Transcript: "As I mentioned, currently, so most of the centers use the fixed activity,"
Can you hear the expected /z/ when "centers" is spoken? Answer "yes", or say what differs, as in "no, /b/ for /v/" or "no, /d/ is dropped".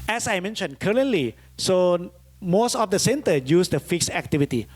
no, /z/ is dropped